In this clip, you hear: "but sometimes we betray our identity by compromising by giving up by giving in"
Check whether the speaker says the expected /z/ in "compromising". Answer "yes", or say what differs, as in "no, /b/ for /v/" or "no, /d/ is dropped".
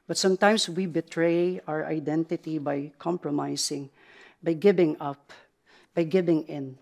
no, /s/ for /z/